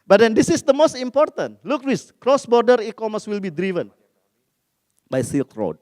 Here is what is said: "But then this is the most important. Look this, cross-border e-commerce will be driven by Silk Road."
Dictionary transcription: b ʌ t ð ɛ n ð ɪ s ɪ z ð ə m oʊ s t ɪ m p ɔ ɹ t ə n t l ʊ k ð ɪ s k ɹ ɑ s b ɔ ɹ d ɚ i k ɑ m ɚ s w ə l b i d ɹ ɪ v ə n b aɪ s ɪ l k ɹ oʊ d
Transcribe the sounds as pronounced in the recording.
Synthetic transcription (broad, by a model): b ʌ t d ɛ n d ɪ s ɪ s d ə m oʊ s t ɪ m p ɔ ɹ t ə n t l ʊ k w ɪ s k ɹ ɑ s b ɔ ɹ d ɚ i k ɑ m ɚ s w ə l b i d ɹ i v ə n b aɪ s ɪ l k ɹ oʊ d